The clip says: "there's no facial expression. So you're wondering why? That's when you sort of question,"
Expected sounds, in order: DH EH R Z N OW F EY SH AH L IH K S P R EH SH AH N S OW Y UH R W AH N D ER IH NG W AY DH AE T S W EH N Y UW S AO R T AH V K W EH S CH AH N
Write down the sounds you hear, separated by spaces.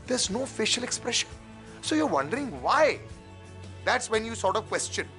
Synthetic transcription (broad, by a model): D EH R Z N OW F EY SH AH L IH K S P R EH SH AH N S OW Y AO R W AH N D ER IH NG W AY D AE T S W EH N Y UW S AO R T AH V K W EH S CH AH N